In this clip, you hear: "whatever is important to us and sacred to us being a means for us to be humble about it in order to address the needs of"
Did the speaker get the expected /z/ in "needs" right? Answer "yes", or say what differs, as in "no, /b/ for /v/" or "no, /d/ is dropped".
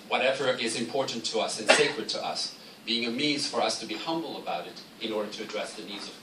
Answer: yes